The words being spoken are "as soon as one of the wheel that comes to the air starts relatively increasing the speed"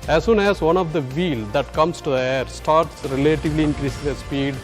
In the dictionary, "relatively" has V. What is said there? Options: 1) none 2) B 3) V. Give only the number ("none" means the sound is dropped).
3